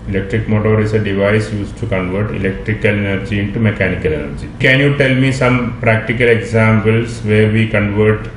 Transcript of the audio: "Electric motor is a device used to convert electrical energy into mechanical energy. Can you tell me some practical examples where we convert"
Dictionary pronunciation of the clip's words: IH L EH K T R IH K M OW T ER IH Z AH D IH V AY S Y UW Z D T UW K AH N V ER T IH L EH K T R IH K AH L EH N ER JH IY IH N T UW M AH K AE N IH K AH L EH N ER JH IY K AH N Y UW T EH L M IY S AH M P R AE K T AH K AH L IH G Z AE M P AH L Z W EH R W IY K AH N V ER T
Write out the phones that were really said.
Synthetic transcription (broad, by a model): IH L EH K T R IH K M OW T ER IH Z AH D IH V AY S Y UW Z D T UW K AH N V ER T IH L EH K T R IH K AH L EH N ER JH IY IH N T UW M AH K AE N IH K AH L EH N ER JH IY K AH N Y UW T EH L M IY S AH M P R AE K T AH K AH L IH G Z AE M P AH L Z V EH R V IY K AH N V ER T